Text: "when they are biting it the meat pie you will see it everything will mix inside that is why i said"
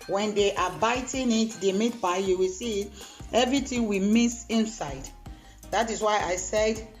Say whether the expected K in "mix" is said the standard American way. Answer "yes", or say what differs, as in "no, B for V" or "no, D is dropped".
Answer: no, K is dropped